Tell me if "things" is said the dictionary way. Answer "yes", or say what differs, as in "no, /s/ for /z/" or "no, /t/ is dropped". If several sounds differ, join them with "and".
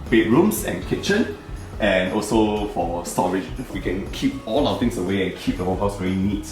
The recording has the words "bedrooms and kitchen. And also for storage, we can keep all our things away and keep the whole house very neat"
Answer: no, /t/ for /θ/ and /s/ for /z/